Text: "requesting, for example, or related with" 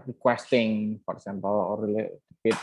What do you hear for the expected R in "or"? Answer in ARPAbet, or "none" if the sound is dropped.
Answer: L